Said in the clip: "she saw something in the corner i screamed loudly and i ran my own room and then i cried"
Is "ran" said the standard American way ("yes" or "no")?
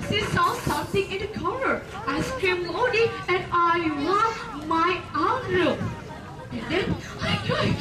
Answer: no